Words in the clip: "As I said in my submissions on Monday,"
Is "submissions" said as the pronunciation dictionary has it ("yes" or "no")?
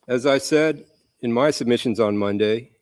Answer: yes